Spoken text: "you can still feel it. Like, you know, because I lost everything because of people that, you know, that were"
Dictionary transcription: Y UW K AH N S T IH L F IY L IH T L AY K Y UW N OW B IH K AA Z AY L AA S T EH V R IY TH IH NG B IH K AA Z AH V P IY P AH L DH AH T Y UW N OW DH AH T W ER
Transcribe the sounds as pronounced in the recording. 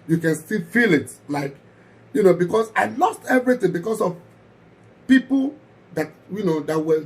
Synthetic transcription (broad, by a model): Y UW K AH N S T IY F IY L IH T L AY K Y UW N OW B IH K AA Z AY L AA S T EH V R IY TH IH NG B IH K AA S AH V P IY P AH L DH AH T Y UW N OW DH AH T W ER